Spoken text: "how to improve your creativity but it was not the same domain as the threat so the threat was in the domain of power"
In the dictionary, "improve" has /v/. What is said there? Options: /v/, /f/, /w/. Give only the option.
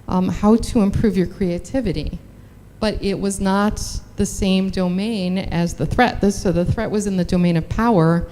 /v/